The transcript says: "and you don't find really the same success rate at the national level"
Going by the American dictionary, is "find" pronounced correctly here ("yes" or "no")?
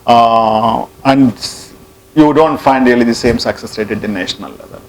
yes